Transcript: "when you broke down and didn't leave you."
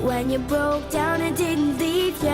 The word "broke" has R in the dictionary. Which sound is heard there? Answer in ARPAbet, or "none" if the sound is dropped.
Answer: R